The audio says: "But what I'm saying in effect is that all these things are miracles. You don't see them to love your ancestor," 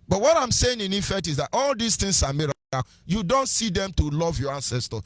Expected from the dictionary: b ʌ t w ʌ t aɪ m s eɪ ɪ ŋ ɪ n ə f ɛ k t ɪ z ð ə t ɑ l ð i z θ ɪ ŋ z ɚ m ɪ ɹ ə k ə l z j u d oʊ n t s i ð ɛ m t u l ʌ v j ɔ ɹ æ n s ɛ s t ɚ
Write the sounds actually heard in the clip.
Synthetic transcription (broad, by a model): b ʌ t w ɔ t aɪ m s eɪ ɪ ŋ ɪ n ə f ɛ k t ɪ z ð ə t ɑ l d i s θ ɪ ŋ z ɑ m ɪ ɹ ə ə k j u d oʊ n t s i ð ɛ m t u l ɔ v j ɔ ɹ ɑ n s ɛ s t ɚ